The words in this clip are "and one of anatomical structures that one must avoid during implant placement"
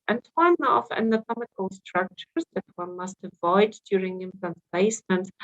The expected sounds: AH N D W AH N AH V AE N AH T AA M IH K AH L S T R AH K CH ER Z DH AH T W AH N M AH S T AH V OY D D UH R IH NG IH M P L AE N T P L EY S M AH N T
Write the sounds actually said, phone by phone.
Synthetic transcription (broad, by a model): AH N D W AH N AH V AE N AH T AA M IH K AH L S T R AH K CH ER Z DH AH T W AH N M AH S T AH V OY D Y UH R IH NG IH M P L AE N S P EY S M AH N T